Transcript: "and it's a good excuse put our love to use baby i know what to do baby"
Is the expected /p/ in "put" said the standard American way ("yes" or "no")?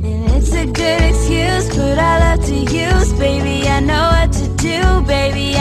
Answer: no